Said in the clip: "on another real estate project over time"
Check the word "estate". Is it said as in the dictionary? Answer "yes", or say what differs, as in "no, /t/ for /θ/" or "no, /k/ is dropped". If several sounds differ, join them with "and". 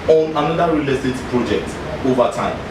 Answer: no, /s/ is dropped